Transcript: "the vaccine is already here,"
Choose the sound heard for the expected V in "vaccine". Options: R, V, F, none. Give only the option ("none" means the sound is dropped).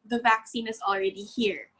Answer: V